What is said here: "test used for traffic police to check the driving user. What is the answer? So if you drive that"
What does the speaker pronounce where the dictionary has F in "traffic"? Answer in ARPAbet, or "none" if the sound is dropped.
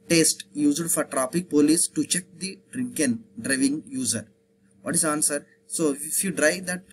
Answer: P